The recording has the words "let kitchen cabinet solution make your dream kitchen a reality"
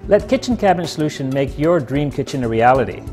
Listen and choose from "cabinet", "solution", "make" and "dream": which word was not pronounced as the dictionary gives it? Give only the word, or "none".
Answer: cabinet